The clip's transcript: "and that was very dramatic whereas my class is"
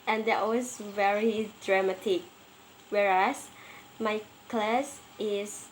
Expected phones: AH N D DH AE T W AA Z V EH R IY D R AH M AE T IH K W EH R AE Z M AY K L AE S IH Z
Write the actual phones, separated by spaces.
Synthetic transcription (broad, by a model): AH N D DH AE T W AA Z V EH R IY D R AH M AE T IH K W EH R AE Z M AY K L AE S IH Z